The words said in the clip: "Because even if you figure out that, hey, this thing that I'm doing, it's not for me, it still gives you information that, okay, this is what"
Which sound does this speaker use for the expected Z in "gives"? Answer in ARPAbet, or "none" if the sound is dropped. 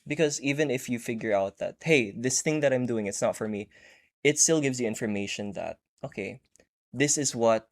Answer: Z